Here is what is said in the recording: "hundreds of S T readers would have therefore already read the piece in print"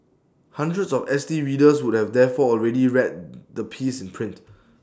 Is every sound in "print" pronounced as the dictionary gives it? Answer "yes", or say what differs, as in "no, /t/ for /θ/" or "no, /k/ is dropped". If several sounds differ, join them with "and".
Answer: yes